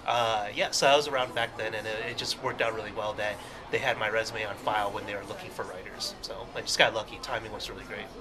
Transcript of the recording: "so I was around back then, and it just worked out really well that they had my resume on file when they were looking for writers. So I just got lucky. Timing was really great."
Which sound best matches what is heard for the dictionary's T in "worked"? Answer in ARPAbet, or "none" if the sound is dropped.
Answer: T